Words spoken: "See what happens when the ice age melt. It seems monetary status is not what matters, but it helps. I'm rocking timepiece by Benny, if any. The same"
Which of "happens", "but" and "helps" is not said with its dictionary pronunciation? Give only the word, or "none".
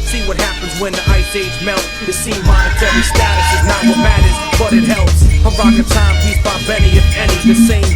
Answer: none